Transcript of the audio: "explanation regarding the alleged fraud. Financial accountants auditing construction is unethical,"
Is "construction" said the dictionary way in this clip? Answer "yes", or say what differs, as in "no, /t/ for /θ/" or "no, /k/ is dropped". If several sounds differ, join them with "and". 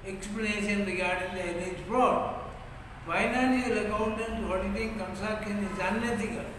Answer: no, /ʃ/ is dropped